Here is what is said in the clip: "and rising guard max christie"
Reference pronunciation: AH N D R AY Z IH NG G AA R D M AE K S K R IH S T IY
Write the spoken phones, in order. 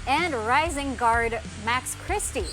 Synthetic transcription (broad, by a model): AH N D R AY Z IH NG G AA R D M AE K S K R IH S T IY